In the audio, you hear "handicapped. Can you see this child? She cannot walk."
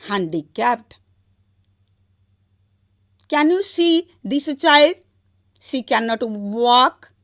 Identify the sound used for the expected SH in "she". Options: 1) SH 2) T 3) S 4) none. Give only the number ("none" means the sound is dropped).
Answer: 3